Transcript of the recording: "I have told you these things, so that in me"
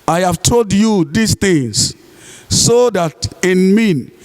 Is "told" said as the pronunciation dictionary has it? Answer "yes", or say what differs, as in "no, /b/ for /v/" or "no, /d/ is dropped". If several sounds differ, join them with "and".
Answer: yes